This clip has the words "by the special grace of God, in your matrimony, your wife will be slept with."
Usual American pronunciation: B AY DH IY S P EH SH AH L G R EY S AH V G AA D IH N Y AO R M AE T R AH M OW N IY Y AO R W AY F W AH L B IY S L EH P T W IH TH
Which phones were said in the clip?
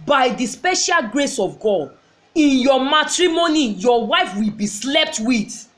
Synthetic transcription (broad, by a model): B AY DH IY S P EH SH AH L G R EY S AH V G AA D IH N Y AO M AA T R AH M OW N IY Y AO W AY F W AH L B IY S L EH P T W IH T